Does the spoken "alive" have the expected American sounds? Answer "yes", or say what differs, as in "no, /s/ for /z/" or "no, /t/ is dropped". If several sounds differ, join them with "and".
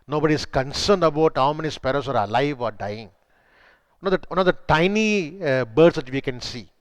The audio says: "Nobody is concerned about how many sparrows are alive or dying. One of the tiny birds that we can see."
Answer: yes